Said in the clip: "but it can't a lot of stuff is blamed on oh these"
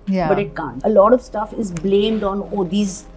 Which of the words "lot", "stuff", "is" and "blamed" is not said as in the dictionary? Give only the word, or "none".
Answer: none